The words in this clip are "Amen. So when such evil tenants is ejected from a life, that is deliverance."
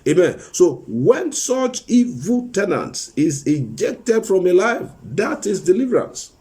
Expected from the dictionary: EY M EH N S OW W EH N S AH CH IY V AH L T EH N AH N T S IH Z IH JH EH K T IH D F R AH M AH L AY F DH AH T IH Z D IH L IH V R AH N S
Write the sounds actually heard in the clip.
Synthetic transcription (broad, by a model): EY M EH N S OW W EH N S AH CH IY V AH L T EH N AH N T S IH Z IH JH EH K T IH D F R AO M AH L AY F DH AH T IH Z D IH L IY V R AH N S